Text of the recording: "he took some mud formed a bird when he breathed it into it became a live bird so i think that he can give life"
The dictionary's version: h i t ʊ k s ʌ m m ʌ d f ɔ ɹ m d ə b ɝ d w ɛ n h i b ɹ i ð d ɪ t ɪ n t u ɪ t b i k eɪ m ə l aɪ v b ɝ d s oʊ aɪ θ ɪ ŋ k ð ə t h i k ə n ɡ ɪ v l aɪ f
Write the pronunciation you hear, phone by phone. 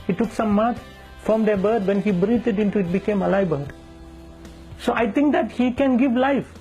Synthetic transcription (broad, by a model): h i t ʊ k s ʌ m m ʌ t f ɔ m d ə b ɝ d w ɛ n h i b ɹ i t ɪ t ɪ n t u ɪ t b i k eɪ m ə l aɪ b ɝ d s oʊ aɪ t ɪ ŋ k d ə t h i k ə n ɡ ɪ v l aɪ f